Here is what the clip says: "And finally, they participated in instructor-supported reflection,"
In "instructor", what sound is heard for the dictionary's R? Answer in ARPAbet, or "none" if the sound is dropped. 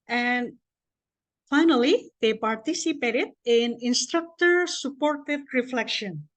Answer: R